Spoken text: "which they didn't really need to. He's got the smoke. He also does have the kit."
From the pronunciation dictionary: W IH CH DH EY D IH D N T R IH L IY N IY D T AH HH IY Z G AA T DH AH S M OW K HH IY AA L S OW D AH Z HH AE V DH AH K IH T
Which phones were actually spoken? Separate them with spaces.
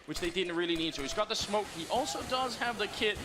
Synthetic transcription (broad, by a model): W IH CH DH EY D IH D N T R IH L IY N IY D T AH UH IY Z G AA T DH AH S M OW K HH IY AA L S OW D AH Z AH V DH AH K IH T